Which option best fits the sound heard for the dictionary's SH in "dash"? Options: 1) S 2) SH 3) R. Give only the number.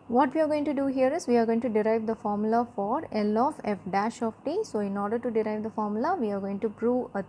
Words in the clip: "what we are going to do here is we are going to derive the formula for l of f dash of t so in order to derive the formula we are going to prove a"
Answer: 2